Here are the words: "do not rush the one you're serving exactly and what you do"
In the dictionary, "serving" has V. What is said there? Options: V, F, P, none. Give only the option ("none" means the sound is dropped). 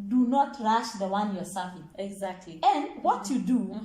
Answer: F